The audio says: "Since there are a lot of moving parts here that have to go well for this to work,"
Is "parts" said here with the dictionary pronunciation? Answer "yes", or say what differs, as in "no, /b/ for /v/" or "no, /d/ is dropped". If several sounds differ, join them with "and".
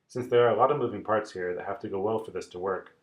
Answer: yes